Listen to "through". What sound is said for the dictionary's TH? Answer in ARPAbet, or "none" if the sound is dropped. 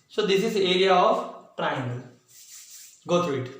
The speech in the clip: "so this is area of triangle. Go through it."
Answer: T